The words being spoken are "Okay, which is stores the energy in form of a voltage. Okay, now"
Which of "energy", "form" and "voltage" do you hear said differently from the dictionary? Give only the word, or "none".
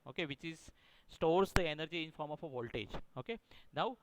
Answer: none